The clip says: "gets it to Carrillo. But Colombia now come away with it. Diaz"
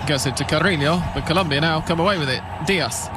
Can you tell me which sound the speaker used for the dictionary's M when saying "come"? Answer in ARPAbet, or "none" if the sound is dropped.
M